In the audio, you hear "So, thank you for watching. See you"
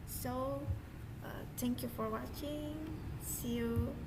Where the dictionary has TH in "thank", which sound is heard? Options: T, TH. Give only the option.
T